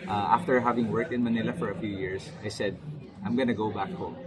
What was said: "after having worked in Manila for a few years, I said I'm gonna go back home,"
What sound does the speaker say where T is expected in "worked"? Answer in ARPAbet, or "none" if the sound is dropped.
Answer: T